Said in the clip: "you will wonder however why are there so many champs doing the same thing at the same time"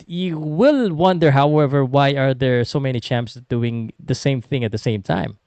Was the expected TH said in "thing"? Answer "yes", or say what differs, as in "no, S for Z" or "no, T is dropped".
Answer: yes